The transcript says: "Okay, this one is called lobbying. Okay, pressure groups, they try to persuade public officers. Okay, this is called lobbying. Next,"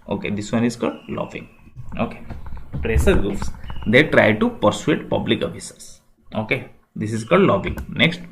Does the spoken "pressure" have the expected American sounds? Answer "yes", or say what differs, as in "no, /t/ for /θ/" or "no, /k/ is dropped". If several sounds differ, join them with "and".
no, /s/ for /ʃ/